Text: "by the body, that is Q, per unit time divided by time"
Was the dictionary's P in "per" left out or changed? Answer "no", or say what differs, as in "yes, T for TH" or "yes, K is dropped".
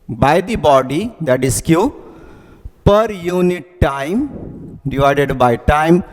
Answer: no